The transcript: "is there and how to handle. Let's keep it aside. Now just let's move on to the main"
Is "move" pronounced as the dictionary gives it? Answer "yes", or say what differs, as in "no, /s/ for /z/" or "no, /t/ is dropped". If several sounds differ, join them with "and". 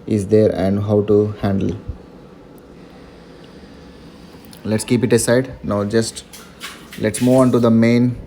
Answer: no, /v/ is dropped